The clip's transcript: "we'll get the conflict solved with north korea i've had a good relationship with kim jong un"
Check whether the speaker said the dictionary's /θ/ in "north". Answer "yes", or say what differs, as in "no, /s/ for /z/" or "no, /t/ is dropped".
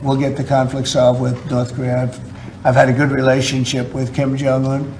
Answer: yes